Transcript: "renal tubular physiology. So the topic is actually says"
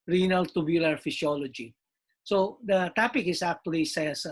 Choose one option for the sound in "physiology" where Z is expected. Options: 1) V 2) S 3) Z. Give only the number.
2